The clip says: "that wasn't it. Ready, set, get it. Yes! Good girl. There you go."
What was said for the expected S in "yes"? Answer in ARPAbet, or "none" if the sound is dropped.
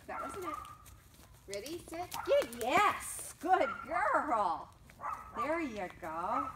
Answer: S